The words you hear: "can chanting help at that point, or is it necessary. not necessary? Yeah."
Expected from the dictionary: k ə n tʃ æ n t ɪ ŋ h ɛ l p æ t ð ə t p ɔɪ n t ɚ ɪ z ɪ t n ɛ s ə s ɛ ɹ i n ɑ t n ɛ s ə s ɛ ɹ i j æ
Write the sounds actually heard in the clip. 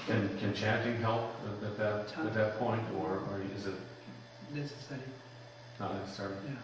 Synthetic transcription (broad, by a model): k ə n tʃ æ n t ɪ ŋ h ɛ l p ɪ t ð ə t p ɔɪ n t ɚ ɪ z ɪ t n ɛ s ə s ɛ ɹ i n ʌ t n ɛ s ə s ɛ ɹ i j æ